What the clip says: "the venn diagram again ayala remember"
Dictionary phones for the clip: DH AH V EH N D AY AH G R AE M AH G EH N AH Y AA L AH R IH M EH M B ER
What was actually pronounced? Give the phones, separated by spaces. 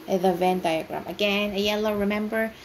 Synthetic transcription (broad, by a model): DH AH V EH N D AY AH G R AE M AH G EH N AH Y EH L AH R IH M EH M B ER